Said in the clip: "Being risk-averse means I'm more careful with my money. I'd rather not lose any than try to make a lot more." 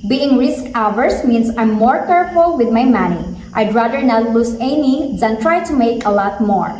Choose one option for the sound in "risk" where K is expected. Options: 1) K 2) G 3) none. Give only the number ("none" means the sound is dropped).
1